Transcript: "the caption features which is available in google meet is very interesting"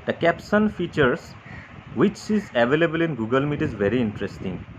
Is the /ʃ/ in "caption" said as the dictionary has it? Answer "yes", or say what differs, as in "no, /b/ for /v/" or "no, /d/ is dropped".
no, /s/ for /ʃ/